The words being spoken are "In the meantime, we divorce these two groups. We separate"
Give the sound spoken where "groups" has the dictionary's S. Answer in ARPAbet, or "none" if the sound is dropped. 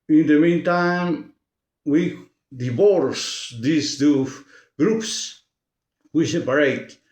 S